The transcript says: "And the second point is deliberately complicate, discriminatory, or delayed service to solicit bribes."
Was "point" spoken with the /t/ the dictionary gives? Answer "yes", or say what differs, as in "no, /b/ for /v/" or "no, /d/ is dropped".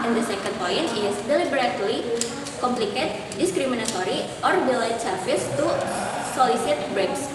no, /t/ is dropped